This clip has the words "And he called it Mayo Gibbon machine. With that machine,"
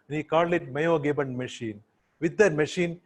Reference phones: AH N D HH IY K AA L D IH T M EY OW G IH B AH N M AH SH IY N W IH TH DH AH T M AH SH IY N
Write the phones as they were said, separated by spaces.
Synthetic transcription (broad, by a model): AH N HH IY K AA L IH T M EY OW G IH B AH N M AH SH IY N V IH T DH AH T M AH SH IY N